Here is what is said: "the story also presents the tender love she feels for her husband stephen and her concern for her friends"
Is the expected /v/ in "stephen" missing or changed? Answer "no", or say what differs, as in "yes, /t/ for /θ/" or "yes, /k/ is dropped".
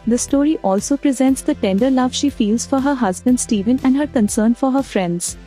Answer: no